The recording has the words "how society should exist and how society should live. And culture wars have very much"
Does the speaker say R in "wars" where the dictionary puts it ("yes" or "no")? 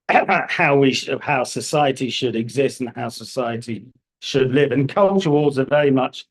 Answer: no